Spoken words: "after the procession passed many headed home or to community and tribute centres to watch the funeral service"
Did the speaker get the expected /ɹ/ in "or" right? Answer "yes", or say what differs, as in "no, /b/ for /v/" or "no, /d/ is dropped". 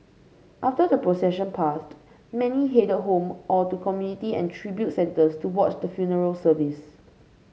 no, /l/ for /ɹ/